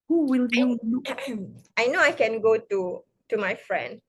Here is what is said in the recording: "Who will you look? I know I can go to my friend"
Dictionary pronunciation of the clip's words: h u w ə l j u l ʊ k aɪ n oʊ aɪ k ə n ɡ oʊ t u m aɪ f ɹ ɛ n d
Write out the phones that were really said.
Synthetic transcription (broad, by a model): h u w ə l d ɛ aɪ n oʊ aɪ k ə n ɡ oʊ t u m aɪ f ɹ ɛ n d